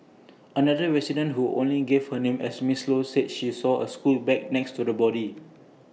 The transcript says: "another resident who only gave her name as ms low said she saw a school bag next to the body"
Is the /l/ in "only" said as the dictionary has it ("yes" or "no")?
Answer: yes